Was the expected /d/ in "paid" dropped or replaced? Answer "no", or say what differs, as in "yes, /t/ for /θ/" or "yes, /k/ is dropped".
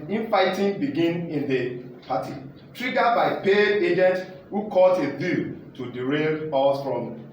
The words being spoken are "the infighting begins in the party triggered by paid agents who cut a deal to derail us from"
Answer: yes, /d/ is dropped